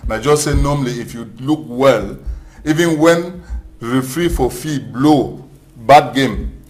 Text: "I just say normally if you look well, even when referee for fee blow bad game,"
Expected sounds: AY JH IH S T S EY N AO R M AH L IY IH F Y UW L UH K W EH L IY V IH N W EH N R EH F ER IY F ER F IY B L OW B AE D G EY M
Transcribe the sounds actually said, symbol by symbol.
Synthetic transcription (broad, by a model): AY JH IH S S EY N AO M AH L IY IH F Y UW L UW K W EH L IY V IH N W EH N R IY F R IY F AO F IY B L OW B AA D G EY M